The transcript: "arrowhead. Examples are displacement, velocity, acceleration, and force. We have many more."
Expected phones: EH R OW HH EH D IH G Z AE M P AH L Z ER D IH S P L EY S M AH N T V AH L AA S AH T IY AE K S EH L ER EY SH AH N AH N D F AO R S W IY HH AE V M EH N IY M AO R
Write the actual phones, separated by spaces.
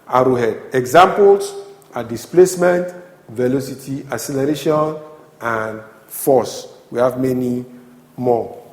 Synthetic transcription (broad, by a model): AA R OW HH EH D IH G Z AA M P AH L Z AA D IH S P L EY S M AH N T V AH L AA S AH T IY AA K S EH L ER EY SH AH N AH N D F AO S W IY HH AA V M EH N IY M AO